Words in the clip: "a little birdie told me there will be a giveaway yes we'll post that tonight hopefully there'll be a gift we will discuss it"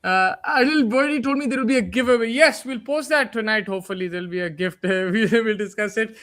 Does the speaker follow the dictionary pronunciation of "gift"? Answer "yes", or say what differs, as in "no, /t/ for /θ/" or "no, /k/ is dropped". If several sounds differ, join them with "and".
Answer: yes